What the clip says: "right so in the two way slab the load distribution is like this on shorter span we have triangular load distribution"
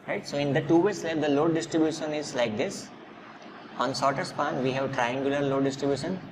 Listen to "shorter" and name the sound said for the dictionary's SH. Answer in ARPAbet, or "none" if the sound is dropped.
S